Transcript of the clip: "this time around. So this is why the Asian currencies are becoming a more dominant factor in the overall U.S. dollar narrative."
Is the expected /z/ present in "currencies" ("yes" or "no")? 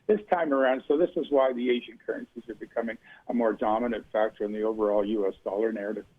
yes